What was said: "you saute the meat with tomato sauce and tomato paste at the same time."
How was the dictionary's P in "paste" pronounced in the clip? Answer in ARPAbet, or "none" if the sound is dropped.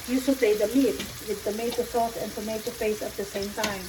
F